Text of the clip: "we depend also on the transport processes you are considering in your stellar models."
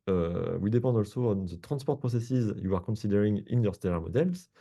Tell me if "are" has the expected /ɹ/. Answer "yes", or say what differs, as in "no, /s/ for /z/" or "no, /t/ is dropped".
yes